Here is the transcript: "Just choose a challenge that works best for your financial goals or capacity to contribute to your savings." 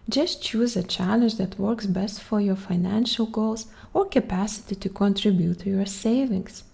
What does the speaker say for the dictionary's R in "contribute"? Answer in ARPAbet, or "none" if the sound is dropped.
R